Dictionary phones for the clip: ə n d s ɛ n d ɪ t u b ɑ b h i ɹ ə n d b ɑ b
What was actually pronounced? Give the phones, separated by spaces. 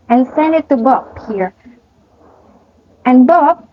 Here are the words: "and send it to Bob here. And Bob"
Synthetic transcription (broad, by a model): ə n s ɛ n d ɪ t u b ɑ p h i ɹ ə n b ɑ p